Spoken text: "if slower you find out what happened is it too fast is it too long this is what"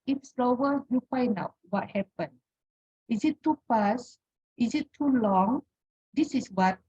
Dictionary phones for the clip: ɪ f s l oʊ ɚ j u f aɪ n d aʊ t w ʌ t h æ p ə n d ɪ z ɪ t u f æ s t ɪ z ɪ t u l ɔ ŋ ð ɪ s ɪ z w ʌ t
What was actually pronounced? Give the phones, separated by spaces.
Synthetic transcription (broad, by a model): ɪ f s l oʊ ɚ j u f aɪ n d aʊ t w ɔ t h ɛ p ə n ɪ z ɪ t u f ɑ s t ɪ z ɪ t u l ɔ ŋ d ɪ s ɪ s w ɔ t